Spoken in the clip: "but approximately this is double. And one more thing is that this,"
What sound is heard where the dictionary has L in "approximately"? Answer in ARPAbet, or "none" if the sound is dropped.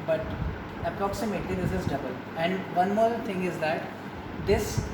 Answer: L